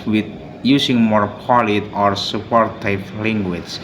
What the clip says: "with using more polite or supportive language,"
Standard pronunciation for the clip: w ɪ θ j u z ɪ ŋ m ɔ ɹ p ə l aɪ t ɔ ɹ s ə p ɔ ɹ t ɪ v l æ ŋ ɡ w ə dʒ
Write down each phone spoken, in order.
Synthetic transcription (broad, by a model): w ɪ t j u s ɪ ŋ m ɔ ɹ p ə l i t ɔ ɹ s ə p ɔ ɹ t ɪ p l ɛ ŋ ɡ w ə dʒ